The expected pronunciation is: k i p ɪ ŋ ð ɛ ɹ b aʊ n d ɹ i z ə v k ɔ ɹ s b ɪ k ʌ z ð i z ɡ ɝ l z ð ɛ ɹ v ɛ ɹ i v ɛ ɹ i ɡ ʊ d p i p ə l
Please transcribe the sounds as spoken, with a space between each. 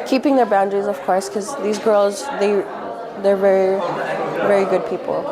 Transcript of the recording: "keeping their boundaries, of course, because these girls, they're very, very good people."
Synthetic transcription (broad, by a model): k i p ɪ ŋ ð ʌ ɹ b aʊ n d ɹ i z ə v k ɔ ɹ s k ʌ z ð i z ɡ ɝ l z ð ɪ ɹ v ɛ ɹ i v ɛ ɹ i ɡ ʊ d p i p l